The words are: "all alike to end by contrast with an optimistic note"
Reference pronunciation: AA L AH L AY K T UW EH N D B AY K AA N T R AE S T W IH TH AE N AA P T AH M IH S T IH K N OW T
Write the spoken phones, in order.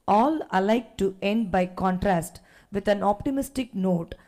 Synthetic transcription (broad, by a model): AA L AH L AY K T UW EH N D B AY K AA N T R AE S T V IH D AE N AA P T AH M IH S T IH K N OW T